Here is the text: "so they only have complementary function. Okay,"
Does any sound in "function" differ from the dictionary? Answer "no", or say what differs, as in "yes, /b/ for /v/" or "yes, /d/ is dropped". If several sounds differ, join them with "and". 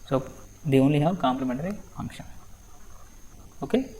yes, /n/ is dropped